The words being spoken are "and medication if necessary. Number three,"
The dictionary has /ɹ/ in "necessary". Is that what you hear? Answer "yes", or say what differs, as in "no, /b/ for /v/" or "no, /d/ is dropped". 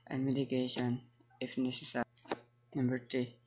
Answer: no, /ɹ/ is dropped